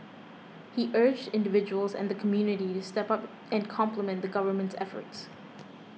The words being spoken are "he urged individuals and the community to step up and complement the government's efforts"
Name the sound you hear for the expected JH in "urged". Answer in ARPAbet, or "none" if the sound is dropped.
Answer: JH